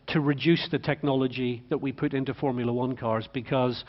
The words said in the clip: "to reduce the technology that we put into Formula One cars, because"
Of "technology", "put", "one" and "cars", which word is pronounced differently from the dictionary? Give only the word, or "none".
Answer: none